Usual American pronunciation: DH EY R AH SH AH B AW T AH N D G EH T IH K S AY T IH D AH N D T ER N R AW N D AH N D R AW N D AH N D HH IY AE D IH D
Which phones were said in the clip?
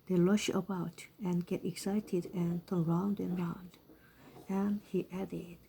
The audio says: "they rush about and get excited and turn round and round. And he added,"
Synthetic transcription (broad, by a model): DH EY L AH SH AH B AW T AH N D G EH T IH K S AY T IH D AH N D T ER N R AW N D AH N R AW N D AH N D HH IY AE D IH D